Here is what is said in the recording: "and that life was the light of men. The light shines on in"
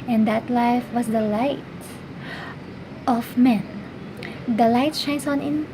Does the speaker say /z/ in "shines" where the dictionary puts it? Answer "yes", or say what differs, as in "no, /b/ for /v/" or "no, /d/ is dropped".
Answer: no, /s/ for /z/